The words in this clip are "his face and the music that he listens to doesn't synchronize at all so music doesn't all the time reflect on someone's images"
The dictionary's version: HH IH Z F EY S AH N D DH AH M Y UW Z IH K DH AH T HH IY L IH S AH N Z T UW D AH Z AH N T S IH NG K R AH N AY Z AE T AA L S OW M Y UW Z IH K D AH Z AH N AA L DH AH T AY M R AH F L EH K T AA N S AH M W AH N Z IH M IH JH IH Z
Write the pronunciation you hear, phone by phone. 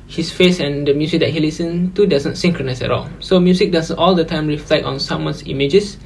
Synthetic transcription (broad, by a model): HH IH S F EY S AH N D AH M Y UW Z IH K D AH T HH IY L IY S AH N T UW D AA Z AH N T S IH NG K R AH N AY S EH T AA L S OW M Y UW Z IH K D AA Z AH N AA L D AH T AY M R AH F L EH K AA N S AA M W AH N S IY M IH JH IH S